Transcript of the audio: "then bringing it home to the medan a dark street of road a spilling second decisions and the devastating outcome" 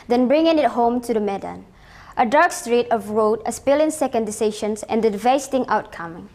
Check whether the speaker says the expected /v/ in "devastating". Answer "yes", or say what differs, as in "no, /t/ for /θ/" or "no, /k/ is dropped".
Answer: no, /v/ is dropped